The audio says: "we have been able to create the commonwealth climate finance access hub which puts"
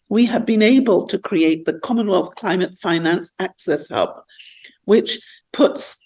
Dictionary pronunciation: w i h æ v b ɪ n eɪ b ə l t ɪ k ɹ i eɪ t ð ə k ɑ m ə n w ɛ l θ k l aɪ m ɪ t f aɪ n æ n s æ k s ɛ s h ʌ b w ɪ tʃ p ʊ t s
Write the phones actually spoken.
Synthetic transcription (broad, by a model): w i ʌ v b ɪ n eɪ b ə l t ɪ k ɹ i eɪ t ð ə k ɑ m ə n w ɛ l θ k l aɪ m ɪ t f aɪ n æ n s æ k s ɛ s h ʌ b w ɪ tʃ p ʊ t s